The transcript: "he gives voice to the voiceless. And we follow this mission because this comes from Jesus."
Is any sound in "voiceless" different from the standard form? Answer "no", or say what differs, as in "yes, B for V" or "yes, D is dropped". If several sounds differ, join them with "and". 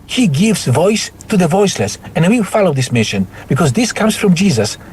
no